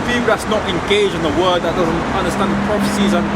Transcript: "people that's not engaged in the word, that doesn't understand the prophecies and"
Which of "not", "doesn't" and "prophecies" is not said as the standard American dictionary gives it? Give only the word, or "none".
none